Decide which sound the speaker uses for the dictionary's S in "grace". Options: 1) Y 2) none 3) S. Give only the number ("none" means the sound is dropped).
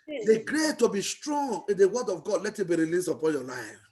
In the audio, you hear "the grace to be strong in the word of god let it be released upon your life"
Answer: 2